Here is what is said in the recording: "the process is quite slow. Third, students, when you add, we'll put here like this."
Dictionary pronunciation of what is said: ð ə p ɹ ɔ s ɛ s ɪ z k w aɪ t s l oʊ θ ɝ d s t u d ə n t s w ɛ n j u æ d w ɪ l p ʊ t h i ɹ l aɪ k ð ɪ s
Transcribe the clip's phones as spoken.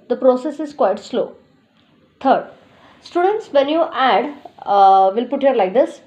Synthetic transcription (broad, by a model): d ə p ɹ ɔ s ɛ s ɪ z k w aɪ t s l oʊ t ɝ d s t u d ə n t s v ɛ n j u æ d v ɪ l p ʊ t h i ɹ l aɪ k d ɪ s